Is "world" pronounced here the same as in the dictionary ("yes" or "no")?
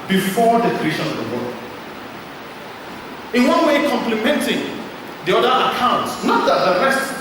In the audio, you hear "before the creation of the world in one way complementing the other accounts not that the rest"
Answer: no